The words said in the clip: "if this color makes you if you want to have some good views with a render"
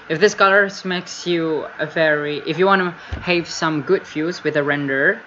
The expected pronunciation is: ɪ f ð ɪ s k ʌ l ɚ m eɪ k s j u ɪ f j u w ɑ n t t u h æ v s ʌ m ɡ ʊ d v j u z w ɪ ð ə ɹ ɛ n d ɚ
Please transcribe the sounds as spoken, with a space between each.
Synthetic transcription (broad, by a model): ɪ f ð ɪ s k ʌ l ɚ m eɪ k s j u ɪ f j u w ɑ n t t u h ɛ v s ʌ m ɡ ʊ d f j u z w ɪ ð ə ɹ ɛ n d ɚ